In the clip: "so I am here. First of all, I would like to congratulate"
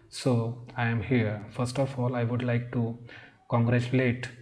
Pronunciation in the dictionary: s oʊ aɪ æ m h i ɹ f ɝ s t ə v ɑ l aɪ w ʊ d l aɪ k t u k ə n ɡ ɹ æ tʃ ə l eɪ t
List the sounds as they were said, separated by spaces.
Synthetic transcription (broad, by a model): s oʊ aɪ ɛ m h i ɹ f ɝ s t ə f ɑ l aɪ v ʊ d l aɪ k t u k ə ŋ ɡ ɹ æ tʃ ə l eɪ t